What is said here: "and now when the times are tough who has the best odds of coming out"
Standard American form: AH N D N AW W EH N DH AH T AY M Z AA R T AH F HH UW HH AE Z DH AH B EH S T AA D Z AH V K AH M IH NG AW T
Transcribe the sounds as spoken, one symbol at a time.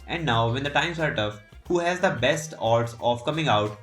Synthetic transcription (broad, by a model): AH N D N AW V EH N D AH T AY M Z AA R T AH F HH UW HH AE Z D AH B EH S T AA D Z AH V K AH M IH NG AW T